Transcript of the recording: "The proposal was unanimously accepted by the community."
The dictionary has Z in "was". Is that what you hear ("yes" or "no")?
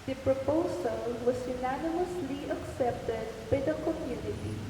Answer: no